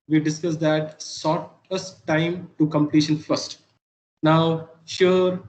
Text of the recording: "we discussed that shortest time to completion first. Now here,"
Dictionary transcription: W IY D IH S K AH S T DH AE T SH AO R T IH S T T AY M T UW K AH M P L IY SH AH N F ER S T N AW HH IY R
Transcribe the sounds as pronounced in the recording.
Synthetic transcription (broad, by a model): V IY D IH S K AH S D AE T S AO T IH S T T AY M T UW K AH M P L IY SH AH N F ER S T N AW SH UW R